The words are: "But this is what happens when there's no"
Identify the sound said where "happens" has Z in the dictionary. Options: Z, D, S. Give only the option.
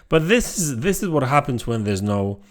Z